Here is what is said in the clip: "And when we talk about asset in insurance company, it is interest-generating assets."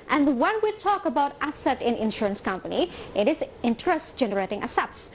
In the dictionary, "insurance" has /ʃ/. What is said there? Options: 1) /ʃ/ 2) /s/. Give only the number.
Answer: 1